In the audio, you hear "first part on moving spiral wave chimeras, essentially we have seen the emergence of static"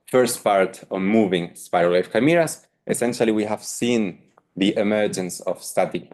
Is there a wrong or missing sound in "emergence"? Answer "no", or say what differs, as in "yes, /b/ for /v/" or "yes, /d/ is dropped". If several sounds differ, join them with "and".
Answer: no